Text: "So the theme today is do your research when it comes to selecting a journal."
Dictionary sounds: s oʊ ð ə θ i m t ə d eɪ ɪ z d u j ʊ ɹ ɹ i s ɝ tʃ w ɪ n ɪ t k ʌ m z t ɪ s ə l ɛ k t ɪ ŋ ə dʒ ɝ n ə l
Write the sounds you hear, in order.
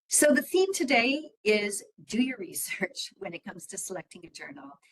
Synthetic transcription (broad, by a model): s oʊ ð ə θ i m t ə d eɪ ɪ z d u j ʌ ɹ ɹ i s ɝ tʃ w ɪ n ɪ t k ʌ m z t ɪ s ə l ɛ k t ɪ ŋ ə dʒ ɝ n l